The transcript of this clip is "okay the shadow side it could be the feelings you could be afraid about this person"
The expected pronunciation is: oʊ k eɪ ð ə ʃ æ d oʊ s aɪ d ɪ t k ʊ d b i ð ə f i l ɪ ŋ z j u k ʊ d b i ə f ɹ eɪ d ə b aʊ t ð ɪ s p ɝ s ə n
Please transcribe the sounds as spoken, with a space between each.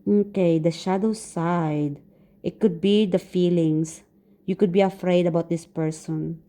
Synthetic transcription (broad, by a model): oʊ k eɪ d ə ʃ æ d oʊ s aɪ d ɪ t k ʊ d b i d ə f i l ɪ ŋ s j u k ʊ d b i ə f ɹ eɪ d ə b aʊ t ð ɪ s p ɝ s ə n